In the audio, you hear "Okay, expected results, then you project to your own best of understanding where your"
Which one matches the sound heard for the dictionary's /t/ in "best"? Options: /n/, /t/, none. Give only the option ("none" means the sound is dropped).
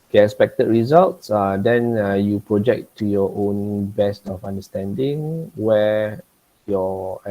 /t/